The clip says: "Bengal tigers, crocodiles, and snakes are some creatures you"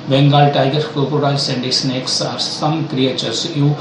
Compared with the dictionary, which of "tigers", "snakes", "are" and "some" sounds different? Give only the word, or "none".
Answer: tigers